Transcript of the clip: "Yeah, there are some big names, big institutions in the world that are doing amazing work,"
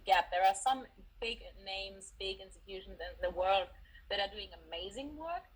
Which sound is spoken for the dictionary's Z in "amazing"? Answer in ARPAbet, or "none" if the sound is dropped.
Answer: Z